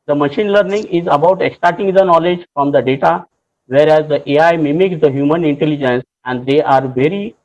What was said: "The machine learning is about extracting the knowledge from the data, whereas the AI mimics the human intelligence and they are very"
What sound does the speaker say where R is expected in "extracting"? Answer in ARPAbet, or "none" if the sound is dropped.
none